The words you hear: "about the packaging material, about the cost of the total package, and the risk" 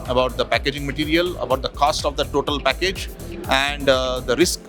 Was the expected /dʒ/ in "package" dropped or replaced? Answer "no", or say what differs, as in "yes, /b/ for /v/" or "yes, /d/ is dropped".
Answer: no